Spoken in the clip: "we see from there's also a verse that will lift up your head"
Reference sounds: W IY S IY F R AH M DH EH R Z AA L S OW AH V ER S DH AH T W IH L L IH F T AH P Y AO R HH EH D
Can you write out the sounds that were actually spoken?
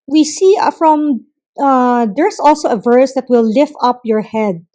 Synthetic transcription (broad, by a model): W IY S IY F R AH M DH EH R S AA L S OW AH V ER S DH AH T W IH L L IH F T AH P Y AO R HH EH D